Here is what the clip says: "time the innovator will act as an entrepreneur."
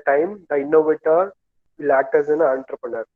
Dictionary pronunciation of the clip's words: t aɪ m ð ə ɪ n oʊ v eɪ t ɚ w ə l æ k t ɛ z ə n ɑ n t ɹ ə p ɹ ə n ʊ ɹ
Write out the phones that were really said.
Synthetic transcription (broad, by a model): t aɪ m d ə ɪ n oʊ v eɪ t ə l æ t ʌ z ə n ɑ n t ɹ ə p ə n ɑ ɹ